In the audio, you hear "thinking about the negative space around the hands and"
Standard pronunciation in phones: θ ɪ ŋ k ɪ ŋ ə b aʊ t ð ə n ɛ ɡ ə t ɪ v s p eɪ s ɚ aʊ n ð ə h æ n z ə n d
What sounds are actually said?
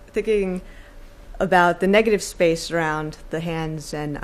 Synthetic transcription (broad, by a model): θ ɪ ŋ k ɪ ŋ ə b aʊ t ð ə n ɛ ɡ ə t ɪ v s p eɪ s ɚ aʊ n ð ə h æ n z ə n